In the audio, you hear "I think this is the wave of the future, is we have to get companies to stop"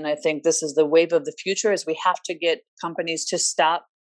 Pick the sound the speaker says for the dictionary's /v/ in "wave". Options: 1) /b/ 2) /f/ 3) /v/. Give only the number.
3